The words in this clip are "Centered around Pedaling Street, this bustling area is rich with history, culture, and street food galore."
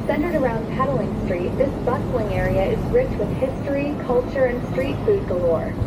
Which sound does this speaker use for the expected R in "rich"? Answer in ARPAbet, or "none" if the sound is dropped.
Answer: R